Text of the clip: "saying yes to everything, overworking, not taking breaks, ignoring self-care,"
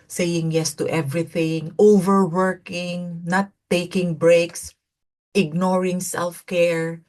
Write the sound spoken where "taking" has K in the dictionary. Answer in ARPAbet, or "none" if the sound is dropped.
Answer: K